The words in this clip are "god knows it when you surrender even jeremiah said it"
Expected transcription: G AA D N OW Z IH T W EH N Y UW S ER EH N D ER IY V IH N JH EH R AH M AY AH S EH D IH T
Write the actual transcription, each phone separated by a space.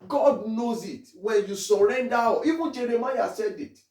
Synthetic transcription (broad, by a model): G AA D N OW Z IH T W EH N Y UW S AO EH N D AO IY B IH JH EH R AH M AY AH S EH D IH T